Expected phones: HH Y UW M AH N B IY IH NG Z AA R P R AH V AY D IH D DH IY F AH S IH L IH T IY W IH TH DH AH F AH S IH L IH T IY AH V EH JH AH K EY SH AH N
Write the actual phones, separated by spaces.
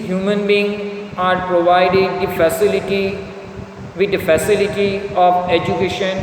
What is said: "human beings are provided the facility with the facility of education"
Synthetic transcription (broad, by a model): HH Y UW M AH N B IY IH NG AA R P R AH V AY D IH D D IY F AH S IH L IH T IY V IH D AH F AH S IH L IH T IY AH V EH JH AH K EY SH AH N